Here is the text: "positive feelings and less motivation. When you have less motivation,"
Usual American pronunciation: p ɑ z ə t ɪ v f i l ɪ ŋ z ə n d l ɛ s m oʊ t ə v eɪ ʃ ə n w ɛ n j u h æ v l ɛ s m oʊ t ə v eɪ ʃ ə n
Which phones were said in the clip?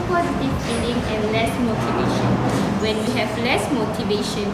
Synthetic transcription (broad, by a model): p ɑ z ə t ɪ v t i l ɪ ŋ ə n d l ɛ s m oʊ t ə v eɪ ʃ ə n w ɛ n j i h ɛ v l ɛ s m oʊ t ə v eɪ ʃ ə n